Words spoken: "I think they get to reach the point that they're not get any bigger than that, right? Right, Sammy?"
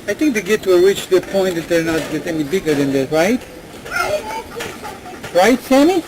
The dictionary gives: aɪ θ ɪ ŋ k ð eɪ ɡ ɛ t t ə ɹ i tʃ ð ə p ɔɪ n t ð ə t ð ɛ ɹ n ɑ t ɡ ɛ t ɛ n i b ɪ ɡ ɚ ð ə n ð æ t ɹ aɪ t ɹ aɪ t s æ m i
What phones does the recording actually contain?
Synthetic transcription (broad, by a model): aɪ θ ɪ ŋ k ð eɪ ɡ ɛ t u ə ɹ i tʃ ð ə p ɔɪ n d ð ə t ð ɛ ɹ n ɑ t ɡ ɛ t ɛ l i b ɪ ɡ ɚ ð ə n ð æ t ɹ aɪ t ɹ aɪ t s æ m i